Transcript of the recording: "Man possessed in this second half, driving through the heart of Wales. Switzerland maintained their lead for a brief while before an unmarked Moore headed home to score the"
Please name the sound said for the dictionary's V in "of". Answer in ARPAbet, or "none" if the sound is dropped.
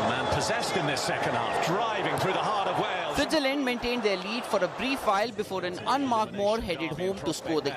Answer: V